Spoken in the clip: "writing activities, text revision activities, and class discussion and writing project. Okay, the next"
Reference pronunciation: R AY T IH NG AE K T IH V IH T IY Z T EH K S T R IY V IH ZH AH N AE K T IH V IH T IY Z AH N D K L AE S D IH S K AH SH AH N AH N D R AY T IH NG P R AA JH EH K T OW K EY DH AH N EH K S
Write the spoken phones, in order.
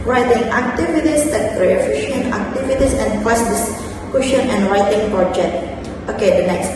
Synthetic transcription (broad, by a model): R AY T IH NG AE K T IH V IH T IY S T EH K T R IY F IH SH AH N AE K T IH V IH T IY S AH N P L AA S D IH S K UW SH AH N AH N R AY T IH NG P R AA JH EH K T OW K EY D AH N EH K S